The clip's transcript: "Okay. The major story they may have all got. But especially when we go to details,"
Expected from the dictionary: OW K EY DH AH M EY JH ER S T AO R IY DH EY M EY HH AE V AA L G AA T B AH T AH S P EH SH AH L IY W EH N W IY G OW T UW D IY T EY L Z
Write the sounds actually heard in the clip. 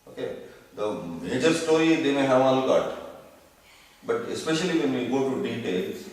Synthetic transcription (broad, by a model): OW K EY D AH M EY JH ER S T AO IY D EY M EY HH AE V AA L G AA T B AH T AH S P EH SH AH L IY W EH N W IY G OW T UW D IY T EY L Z